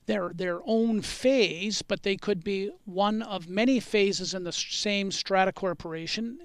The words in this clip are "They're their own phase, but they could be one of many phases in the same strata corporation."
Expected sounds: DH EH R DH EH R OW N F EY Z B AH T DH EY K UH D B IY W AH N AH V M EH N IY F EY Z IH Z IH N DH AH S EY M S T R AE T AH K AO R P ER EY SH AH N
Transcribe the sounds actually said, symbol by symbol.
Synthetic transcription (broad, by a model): DH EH R DH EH R OW N F EY Z B AH T DH EY K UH D B IY W AH N AH V M EH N IY F EY Z IH Z IH N DH AH S EY M S T R AE T AH K AO R P ER EY SH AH N